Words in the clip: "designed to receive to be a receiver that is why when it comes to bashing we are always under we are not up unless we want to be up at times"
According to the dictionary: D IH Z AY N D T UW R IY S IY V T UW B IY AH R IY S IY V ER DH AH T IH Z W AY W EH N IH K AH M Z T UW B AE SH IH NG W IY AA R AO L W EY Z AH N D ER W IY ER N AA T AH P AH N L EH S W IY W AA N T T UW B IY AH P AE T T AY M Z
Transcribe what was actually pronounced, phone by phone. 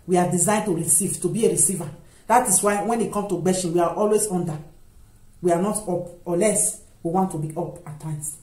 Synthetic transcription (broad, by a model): D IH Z AY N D T UW R IY S IY V T UW B IY AH R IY S IY V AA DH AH T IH S W AY W EH N IH K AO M T UW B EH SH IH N W IY AA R AO L W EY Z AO N D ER W IY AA N AA T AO P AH L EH S W IY W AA N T T UW B IY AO P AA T T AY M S